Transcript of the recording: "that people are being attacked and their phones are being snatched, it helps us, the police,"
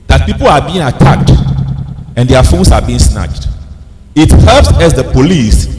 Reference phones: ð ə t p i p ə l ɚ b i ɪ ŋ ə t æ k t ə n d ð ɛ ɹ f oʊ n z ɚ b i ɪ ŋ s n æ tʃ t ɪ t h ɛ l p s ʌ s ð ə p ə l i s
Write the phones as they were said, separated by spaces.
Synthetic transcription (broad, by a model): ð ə t p i p ə l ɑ b i ɪ ŋ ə t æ k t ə n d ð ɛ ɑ f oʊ n s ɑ b i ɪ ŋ s n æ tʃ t ɪ t h ɛ l p s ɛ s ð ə p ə l i s